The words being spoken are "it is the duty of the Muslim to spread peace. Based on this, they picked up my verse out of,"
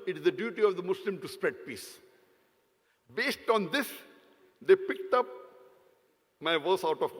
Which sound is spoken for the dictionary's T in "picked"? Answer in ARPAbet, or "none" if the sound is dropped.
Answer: T